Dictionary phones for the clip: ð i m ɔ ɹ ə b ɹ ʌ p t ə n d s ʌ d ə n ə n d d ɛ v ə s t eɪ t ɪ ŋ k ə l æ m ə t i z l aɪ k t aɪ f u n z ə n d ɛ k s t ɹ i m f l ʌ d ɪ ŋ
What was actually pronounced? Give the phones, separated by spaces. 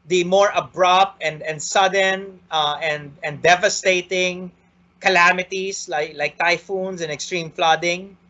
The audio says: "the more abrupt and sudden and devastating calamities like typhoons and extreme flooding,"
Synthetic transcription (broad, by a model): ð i m ɔ ɹ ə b ɹ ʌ p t ə n d s ʌ d ə n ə n d d ɛ v ə s t eɪ t ɪ ŋ k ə l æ m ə t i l l aɪ k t aɪ f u n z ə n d ɛ k s t ɹ i m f l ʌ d ɪ ŋ